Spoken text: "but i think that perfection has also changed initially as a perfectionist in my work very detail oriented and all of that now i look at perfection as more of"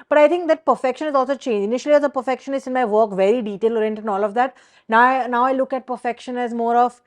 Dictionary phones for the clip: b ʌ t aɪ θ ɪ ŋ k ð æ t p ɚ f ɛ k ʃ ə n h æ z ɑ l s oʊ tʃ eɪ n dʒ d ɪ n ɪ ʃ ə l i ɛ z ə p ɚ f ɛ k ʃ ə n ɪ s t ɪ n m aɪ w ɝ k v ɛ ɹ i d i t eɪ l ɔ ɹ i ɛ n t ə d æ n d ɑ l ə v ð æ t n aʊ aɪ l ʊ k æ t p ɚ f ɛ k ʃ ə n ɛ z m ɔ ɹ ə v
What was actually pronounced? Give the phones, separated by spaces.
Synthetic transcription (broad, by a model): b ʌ t aɪ t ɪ ŋ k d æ t p ɚ f ɛ k ʃ ə n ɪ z ɑ l s oʊ tʃ eɪ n dʒ ɪ n ɪ ʃ ə l i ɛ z ə p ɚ f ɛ k ʃ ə n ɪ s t ɪ n m aɪ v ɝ k v ɛ ɹ i d i t eɪ l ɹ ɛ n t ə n ɑ l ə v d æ t n aʊ aɪ l ʊ k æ t p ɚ f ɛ k ʃ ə n ɛ z m ɔ ɹ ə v